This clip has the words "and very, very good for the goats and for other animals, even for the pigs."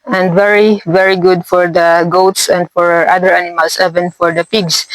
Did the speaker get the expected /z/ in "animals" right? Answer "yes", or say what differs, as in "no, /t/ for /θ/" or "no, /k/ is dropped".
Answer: no, /s/ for /z/